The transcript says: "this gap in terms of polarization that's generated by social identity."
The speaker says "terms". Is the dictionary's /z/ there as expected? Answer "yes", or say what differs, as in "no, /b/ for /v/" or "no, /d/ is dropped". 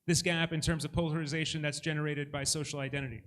yes